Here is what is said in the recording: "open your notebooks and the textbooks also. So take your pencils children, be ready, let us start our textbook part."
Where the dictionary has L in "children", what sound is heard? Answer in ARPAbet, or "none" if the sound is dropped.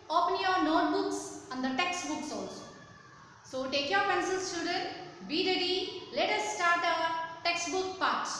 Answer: none